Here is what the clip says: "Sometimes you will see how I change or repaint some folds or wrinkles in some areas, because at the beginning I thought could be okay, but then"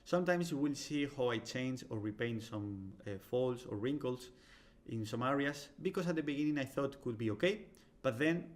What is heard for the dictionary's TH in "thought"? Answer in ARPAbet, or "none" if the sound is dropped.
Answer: TH